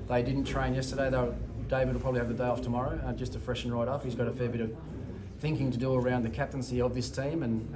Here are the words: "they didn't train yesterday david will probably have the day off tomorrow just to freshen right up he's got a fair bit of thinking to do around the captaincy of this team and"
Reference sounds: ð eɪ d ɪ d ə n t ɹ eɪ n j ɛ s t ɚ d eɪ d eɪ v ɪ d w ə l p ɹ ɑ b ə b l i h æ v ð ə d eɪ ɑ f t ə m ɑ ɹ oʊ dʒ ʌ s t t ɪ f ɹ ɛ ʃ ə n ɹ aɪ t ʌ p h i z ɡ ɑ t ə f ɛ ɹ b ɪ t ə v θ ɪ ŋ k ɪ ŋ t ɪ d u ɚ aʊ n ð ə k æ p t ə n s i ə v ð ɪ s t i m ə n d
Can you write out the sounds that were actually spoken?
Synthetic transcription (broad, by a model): ð eɪ d ɪ d n t ɹ eɪ n j ɛ s t ɚ d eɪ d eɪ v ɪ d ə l p ɹ ɑ b ə b l i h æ v ð ə d eɪ ɑ f t ə m ɑ ɹ oʊ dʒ ʌ s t t ɪ f ɹ ɛ ʃ n ɹ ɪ t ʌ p h i z ɡ ɑ t ə f ɛ ɹ b ɪ t ə v θ ɪ ŋ k ɪ ŋ t ɪ d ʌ ɚ aʊ n ð ə k æ p t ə n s i ə v ð ɪ s t i m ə n